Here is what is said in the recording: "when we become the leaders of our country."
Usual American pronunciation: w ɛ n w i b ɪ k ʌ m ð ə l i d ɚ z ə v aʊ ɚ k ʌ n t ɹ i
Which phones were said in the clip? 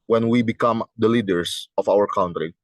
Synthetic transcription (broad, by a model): w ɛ n w i b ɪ k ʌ m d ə l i d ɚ s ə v aʊ ɚ k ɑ n t ɹ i